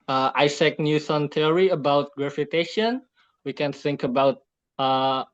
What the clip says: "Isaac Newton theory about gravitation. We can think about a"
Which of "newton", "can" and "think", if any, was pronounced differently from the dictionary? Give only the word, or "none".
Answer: newton